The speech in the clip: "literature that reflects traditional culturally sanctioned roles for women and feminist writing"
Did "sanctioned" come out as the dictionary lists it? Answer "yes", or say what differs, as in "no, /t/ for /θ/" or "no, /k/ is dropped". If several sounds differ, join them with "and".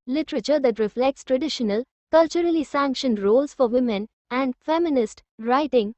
yes